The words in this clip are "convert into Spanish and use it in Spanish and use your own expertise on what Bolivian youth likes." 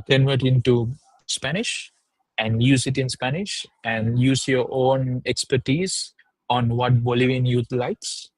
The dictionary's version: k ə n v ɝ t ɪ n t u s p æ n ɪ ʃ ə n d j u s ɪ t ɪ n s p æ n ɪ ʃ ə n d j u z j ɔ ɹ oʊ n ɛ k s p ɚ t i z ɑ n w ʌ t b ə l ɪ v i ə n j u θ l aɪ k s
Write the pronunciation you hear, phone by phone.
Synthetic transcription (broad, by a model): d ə n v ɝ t ɪ n t u s p æ n ɪ ʃ ə n d j u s ɪ t ɪ n s p æ n ɪ ʃ ə n d j u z j ɔ ɹ oʊ n ɛ k s p ɚ t i z ɑ n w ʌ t b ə l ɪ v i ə n j u t l aɪ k s